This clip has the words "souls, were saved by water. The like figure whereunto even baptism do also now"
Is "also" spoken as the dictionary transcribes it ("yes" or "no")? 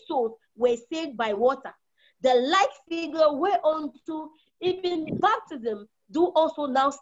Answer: yes